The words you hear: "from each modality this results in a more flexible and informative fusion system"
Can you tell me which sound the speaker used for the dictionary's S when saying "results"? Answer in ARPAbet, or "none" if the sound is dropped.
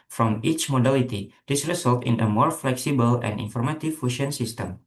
none